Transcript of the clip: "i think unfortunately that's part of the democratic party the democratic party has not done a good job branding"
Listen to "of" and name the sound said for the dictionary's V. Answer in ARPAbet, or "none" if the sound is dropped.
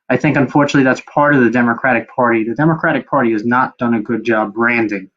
V